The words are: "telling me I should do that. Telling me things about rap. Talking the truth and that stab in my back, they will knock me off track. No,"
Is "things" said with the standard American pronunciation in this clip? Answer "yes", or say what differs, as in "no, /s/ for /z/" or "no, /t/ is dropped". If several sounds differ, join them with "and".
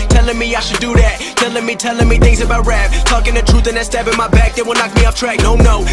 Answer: yes